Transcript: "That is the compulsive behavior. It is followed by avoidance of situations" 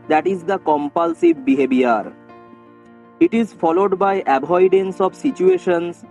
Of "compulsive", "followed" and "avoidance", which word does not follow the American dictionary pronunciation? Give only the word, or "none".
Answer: avoidance